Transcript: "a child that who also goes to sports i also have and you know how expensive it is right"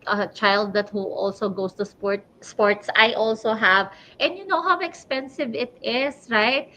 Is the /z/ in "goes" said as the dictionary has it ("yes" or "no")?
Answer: no